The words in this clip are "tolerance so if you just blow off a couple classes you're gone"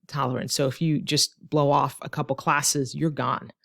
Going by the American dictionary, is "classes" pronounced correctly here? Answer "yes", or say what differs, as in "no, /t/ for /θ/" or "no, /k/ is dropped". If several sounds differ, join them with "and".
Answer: yes